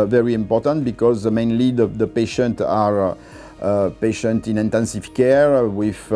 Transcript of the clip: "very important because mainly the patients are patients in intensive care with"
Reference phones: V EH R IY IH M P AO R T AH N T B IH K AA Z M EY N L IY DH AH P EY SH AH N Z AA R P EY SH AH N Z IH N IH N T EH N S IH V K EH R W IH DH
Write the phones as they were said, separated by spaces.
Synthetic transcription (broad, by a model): V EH R IY IH M P AO R T AH N T B IH K AA Z M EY N L IY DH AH P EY SH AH N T AA R P EY SH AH N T IH N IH N T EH N S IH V K EH R W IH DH